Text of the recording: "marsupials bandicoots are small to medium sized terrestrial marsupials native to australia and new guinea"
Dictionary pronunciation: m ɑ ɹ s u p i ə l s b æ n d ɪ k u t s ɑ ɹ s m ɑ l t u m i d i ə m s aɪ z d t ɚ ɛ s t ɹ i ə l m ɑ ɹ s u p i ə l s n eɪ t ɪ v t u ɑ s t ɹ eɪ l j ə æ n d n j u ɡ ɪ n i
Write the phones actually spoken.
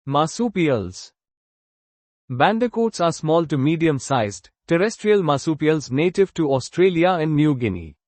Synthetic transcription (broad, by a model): m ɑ s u p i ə l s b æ n d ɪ k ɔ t s ɑ ɹ s m ɑ l t u m i d i ə m s aɪ z d t ɚ ɛ s t ɹ i ə l m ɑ s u p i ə l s n eɪ t ɪ v t u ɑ s t ɹ eɪ l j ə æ n d n j u ɡ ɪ n i